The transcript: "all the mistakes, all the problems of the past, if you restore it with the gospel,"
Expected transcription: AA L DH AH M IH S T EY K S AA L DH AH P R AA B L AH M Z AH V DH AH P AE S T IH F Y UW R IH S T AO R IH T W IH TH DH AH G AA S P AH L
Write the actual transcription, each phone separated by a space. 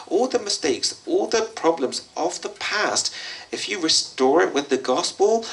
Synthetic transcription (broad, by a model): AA L DH AH M IH S T EY K S AA L DH AH P R AA B L AH M Z AH V DH AH P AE S T IH F Y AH R IH S T AO R IH T W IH DH AH G AA S P AH L